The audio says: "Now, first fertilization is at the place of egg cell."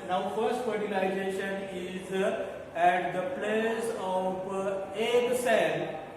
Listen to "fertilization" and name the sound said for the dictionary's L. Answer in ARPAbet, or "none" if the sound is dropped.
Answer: N